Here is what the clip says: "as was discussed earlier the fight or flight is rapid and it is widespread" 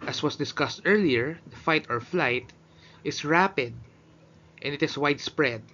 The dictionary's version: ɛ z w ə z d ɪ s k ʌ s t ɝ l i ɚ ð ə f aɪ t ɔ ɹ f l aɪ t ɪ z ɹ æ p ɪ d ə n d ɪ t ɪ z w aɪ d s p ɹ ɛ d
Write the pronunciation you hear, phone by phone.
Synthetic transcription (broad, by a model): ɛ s w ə s d ɪ s k ʌ s t ɝ l i ɚ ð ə f aɪ t ɔ ɹ f l aɪ t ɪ s ɹ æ p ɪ d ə n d ɪ t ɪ s w aɪ d s p ɹ ɛ d